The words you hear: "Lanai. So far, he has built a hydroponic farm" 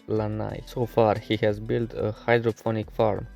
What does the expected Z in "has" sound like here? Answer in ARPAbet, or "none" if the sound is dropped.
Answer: Z